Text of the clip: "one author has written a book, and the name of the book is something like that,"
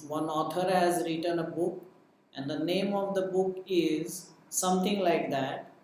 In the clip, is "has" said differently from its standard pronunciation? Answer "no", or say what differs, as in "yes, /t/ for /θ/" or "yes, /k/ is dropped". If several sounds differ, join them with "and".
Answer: no